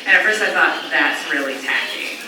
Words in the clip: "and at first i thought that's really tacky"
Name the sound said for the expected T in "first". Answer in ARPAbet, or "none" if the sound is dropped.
none